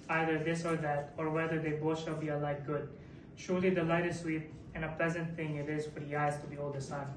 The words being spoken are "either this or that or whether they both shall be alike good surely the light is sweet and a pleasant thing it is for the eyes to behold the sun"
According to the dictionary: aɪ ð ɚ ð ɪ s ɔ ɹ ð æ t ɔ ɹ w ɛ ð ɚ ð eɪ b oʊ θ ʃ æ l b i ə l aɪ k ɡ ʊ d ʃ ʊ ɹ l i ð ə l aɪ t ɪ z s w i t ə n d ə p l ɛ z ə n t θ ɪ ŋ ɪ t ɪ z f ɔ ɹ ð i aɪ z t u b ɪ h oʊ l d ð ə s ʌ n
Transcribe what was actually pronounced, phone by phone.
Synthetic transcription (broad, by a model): aɪ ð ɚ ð ɪ s ɔ ɹ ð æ t ɔ ɹ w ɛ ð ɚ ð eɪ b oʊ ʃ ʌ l b i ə l aɪ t ɡ ʊ d ʃ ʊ ɹ l i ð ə l aɪ t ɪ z s w i t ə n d ə p l ɛ z ə n t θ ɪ ŋ ɪ t ɪ z f ɔ ɹ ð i aɪ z t u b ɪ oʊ l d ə s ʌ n